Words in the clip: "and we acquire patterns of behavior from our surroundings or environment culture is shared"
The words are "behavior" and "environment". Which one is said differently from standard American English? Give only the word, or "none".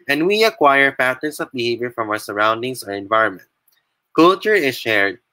none